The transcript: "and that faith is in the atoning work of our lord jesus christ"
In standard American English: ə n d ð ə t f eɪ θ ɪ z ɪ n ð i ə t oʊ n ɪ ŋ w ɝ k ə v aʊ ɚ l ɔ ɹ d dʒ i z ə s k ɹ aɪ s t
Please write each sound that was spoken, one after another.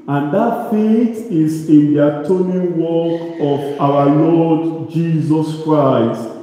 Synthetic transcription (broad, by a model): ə n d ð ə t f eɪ t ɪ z ɪ n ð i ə t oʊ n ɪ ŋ w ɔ k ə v aʊ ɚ l ɔ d dʒ i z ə s k ɹ aɪ s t